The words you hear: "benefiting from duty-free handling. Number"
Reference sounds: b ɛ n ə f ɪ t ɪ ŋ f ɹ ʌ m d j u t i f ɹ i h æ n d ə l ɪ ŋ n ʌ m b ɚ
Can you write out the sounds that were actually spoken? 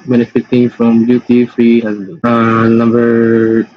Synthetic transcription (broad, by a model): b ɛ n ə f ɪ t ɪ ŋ f ɹ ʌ m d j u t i f ɹ i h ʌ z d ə ɪ n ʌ m b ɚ